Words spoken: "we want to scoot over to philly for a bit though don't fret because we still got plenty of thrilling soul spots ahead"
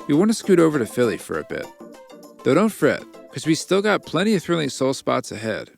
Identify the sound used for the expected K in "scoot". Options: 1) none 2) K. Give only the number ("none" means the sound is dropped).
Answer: 2